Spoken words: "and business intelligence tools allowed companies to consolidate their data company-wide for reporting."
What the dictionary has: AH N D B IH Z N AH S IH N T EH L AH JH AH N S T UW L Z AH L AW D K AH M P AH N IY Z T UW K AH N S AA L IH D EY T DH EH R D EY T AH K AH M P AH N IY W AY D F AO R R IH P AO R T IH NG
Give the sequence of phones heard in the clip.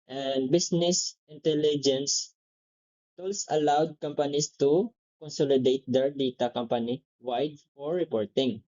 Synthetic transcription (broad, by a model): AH N D B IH S N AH S IH N T EH L AH JH AH N S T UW L S AH L AW D K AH M P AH N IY S T UW K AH N S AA L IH D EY T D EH R D EY T AH K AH M P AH N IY W AY D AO R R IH P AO R T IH NG